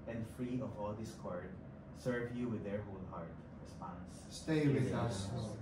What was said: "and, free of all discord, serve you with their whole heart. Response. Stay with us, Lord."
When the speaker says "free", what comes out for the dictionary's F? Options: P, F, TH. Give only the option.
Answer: F